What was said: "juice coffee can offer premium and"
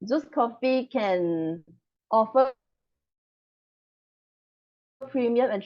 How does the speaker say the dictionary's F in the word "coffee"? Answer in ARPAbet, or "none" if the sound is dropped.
F